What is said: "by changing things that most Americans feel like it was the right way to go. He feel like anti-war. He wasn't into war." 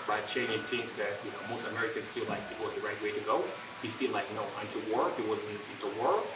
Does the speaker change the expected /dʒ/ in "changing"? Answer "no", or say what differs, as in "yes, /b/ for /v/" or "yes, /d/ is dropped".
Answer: yes, /dʒ/ is dropped